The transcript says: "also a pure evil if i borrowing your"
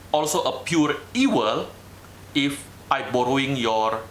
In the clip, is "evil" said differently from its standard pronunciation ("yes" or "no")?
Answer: yes